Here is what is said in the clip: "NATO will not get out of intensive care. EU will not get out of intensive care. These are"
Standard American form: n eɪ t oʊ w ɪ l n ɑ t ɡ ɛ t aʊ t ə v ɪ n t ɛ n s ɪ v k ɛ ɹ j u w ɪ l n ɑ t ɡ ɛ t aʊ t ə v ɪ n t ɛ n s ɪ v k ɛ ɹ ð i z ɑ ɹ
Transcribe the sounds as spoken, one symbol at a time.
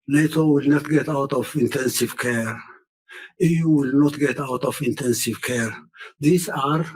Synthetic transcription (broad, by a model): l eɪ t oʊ w ɪ l n ɑ t ɡ ɛ t aʊ t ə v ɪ n t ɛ n s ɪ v k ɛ ɹ j u w ɪ l n ɑ t ɡ ɛ t aʊ t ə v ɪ n t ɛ n s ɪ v k ɛ ɹ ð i s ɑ ɹ